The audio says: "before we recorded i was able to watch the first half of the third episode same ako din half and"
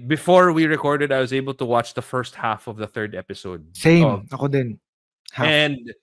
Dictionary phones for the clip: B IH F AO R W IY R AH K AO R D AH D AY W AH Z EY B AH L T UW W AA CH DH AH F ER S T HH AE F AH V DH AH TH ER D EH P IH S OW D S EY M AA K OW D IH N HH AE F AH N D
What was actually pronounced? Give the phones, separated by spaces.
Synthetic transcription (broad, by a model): B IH F AO R W IY R AH K AO R D AH D AY W AH Z EY B AH L T UW W AA CH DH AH F ER S T HH AE F AH V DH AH TH ER D EH P IH S OW D S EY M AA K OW D IH N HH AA AH N D